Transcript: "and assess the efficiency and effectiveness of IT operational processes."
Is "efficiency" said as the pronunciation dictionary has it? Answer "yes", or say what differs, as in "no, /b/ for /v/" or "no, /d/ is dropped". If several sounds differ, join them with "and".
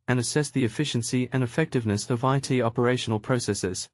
yes